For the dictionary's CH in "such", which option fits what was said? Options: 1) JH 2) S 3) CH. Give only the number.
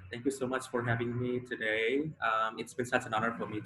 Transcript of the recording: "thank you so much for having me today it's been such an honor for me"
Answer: 2